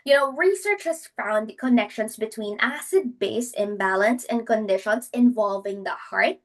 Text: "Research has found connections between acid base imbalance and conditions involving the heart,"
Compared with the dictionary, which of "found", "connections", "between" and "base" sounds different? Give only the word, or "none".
connections